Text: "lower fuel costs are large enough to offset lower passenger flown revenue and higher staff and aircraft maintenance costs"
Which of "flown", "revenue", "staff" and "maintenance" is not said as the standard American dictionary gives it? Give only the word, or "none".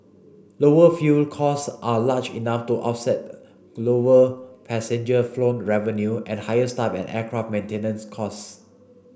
staff